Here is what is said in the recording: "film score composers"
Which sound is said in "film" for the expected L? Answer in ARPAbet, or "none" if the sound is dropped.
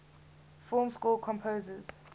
none